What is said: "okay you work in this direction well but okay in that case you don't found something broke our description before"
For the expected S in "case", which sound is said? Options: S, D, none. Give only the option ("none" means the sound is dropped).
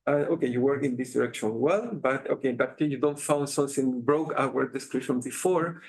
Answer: none